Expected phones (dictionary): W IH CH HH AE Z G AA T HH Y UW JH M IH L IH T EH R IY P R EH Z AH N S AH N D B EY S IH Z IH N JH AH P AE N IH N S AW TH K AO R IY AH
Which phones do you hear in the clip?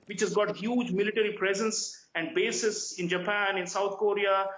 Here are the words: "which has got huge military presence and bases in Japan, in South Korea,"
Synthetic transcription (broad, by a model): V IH CH HH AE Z G AA T HH Y UW JH M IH L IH T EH R IY P R EH Z AH N S AH N D B EY S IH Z IH N JH AH P AE N IH N S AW T K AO R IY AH